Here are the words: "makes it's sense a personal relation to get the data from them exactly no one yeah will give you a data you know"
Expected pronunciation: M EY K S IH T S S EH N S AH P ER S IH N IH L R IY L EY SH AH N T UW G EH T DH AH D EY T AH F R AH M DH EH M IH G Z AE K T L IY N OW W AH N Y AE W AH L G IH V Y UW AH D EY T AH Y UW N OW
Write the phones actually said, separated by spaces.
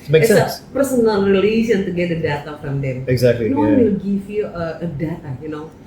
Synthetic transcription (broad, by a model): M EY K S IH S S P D AH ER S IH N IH N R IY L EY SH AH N T UW G EH T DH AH D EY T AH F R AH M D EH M IH G Z AE K T L IY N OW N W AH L G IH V Y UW AH D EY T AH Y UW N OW